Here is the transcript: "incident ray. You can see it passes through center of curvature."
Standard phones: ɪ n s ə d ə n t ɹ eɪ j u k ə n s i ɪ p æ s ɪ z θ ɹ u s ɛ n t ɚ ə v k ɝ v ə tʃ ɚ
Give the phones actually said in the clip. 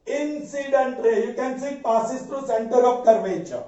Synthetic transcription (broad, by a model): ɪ n s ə d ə n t ɹ eɪ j k ə n s i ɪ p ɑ s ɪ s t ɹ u s ɛ n t ɚ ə p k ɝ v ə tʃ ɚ